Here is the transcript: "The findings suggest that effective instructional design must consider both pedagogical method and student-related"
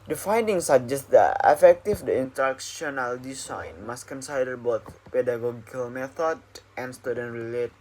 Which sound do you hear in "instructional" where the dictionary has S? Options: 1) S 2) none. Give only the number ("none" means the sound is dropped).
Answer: 2